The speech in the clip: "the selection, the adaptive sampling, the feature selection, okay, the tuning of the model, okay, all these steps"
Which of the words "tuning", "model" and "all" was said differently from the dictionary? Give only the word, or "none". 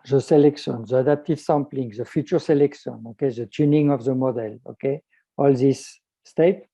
none